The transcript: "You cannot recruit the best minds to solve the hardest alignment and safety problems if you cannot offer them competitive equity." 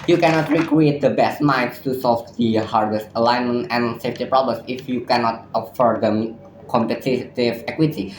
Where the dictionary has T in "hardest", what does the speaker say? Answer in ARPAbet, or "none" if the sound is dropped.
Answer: T